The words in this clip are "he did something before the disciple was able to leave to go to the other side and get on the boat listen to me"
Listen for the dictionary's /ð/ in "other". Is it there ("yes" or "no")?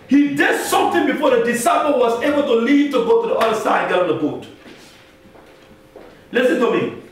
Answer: no